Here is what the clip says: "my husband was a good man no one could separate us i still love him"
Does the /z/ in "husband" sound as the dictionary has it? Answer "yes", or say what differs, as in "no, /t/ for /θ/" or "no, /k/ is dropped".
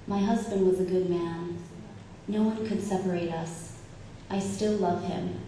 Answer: yes